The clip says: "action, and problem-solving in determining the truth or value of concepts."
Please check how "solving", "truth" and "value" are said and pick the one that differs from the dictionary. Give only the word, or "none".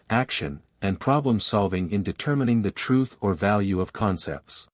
none